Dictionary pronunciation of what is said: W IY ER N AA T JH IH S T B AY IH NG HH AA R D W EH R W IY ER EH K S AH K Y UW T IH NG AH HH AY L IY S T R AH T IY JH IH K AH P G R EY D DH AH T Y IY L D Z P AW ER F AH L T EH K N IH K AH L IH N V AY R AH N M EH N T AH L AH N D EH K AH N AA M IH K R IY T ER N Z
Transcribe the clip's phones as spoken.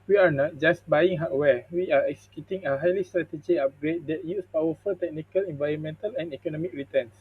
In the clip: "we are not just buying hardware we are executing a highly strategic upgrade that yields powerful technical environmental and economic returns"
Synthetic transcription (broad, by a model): W IY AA N AA T JH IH S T B AY IH NG HH AA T W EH W IY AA EH K S AH K Y UW T IH NG AH HH AY L IY S T R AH T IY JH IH AH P G R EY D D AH T Y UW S P AW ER F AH L T EH K N IH K AH L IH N V AY R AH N M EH N T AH L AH N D EH K AH N AA M IH K R IY T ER N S